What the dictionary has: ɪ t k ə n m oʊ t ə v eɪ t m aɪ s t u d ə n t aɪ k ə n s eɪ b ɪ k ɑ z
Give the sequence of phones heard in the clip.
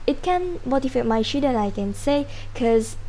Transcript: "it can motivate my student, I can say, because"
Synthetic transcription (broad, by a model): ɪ t k ə n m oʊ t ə f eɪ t m aɪ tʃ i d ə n aɪ k ə n s eɪ k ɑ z